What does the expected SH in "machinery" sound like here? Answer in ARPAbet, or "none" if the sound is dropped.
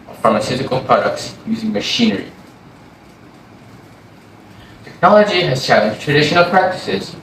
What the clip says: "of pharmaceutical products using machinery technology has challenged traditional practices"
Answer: SH